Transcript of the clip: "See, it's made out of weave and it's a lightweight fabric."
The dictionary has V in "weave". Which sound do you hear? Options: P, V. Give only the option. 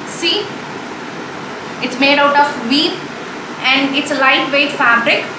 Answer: P